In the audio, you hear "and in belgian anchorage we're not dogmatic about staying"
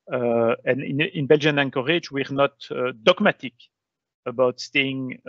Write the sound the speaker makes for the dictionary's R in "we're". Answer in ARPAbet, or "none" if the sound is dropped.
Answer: R